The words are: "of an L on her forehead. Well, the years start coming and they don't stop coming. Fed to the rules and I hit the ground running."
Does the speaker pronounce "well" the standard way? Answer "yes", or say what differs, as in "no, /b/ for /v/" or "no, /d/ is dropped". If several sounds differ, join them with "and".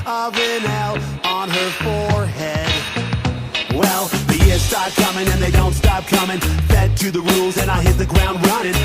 yes